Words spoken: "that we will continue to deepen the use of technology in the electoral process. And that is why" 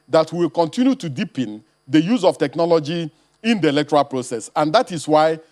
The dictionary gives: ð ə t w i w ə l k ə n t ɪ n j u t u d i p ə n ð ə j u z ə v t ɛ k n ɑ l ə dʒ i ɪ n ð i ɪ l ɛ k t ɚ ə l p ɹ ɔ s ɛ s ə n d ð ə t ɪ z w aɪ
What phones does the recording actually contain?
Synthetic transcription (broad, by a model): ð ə t w i w ə l k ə n t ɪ n j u t u d i p ə n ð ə j u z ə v t ɛ k n ɑ l ə dʒ i ɪ n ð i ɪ l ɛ k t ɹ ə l p ɹ ɔ s ɛ s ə n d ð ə t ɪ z w aɪ